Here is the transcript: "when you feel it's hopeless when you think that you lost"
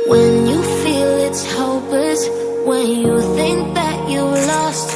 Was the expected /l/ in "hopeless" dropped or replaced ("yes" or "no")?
yes